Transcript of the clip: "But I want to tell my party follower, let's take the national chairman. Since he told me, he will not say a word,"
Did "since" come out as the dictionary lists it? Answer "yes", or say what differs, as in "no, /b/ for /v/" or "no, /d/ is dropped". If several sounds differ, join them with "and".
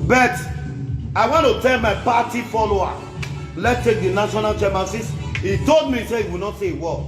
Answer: no, /n/ is dropped